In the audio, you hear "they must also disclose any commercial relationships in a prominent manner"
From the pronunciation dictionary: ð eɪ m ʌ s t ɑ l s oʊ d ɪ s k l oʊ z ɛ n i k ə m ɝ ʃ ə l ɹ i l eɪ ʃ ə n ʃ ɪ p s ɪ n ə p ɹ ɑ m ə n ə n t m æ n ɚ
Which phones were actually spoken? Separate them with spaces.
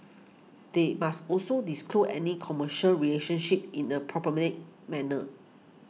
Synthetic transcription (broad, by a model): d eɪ m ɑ s t ɑ l s oʊ d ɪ s k l oʊ ɛ n i k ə m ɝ ʃ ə l ɹ i l eɪ ʃ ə n ʃ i p ɪ n ə p ɹ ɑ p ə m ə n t m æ n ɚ